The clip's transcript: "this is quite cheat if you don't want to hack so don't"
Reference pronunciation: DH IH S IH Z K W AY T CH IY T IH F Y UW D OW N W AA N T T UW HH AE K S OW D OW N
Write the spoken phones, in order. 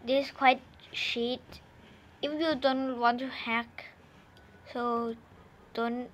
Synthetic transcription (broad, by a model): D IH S K W AY T SH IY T IH F Y UW D OW N W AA N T T UW HH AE K S OW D OW N